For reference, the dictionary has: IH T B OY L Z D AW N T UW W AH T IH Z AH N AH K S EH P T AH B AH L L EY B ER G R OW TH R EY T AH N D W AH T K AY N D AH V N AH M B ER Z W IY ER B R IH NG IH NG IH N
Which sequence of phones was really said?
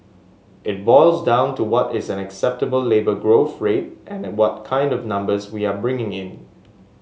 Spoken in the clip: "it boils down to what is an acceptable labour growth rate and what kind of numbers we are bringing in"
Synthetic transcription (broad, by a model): IH T B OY L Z D AW N T UW W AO T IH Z AH N AH K S EH P T AH B AH L L EY B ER G R OW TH R EY T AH N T W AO T K AY N D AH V N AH M B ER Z W IY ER B R IH NG IH NG IH N